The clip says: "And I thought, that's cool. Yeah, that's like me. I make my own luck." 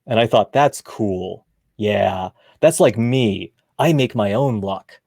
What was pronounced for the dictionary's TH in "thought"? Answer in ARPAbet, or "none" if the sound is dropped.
TH